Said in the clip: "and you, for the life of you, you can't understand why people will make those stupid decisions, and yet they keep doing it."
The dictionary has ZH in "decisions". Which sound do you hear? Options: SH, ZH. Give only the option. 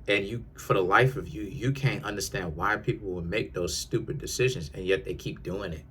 ZH